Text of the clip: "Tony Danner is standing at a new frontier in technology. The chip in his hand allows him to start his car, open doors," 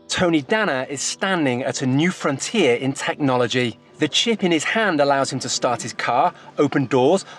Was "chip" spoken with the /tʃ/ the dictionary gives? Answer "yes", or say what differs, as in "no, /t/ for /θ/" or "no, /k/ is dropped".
yes